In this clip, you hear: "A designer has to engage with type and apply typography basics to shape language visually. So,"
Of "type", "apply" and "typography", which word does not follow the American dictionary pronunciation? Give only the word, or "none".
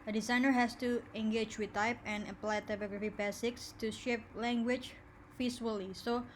none